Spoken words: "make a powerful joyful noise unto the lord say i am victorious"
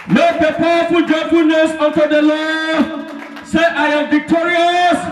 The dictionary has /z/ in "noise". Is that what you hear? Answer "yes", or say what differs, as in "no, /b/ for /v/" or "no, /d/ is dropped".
no, /s/ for /z/